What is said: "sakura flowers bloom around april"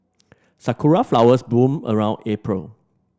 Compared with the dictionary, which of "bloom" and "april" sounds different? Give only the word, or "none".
bloom